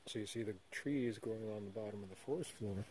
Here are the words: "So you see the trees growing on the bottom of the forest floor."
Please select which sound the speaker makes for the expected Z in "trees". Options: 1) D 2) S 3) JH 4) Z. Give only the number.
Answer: 4